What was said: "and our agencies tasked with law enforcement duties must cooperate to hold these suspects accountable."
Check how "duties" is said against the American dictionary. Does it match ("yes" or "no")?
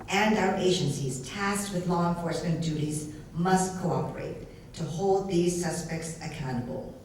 yes